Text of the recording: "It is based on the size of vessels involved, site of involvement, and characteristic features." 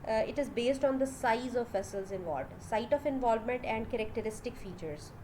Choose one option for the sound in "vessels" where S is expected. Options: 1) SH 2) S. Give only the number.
2